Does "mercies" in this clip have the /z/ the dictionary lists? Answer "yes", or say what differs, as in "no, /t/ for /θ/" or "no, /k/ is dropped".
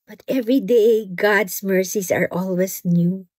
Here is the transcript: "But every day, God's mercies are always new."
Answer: no, /s/ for /z/